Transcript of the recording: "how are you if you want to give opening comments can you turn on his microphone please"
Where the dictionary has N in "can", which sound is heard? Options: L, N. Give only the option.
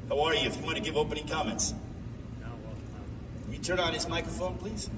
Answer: L